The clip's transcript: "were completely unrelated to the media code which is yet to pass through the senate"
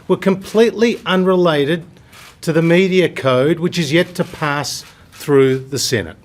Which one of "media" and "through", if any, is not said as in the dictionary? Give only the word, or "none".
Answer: none